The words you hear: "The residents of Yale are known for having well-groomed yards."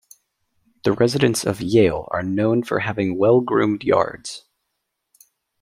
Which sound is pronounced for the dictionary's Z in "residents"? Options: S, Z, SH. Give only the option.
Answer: Z